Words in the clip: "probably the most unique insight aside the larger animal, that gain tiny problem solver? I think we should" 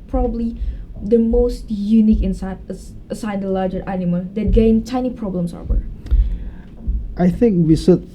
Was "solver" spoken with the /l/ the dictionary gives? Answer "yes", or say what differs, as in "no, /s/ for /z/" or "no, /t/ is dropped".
no, /l/ is dropped